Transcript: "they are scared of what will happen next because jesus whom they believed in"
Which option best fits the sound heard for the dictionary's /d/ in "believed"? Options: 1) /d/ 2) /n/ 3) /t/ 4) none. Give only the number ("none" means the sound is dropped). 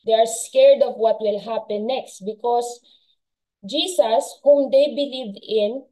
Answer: 4